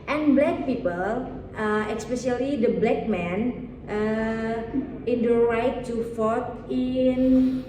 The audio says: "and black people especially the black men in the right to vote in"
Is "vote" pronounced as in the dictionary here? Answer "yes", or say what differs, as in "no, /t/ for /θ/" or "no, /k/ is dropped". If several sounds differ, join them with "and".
no, /f/ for /v/